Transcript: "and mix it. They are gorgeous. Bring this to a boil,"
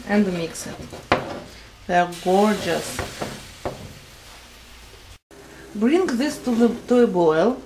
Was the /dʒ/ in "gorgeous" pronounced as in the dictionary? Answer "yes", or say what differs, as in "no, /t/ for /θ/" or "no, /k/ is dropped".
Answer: yes